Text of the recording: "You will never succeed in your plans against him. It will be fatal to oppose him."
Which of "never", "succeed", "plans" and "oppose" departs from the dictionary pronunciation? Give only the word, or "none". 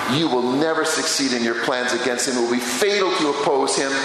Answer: none